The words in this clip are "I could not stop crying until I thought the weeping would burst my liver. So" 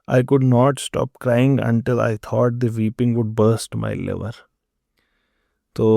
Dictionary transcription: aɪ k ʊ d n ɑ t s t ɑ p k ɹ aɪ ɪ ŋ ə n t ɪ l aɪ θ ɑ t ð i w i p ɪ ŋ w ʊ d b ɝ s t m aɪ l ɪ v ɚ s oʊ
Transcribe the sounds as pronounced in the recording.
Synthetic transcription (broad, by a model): aɪ k ʊ d n ɑ t s t ɑ p k ɹ aɪ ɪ ŋ ə n t ɪ l aɪ t ɑ t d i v i p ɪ ŋ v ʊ d b ɝ s t m aɪ l ɪ v ɚ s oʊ